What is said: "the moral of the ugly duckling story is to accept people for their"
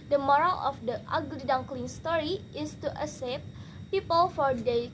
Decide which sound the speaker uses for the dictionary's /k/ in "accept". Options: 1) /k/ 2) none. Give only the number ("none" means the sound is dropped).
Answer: 2